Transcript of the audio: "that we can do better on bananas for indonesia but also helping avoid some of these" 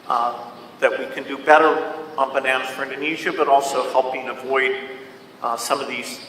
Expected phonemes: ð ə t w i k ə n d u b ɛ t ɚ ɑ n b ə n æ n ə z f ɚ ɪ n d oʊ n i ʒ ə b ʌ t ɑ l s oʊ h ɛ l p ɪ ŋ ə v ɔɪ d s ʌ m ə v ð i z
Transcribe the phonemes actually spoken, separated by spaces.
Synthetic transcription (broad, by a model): ð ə t w i k ə n d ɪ b ɛ t ɚ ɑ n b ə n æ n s f ɚ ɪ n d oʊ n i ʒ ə b ʌ t ɑ l s oʊ h ɛ l p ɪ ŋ ə v ɔɪ d s ʌ m ə v ð i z